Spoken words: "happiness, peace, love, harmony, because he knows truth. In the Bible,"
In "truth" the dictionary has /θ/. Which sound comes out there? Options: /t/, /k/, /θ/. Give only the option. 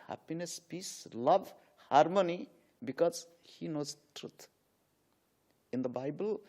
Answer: /t/